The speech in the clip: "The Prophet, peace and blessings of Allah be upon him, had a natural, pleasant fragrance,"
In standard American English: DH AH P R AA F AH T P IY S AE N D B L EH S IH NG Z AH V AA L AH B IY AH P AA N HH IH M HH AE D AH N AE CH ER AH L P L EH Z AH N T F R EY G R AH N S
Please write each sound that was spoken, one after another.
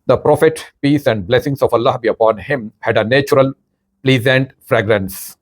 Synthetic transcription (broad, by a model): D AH P R AA F AH T P IY S AE N D B L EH S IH NG S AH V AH L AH B IY AH P AA N HH IH M HH AE D AH N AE CH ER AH L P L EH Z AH N T F R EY G R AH N S